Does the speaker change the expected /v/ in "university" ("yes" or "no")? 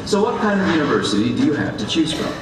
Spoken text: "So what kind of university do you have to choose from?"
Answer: no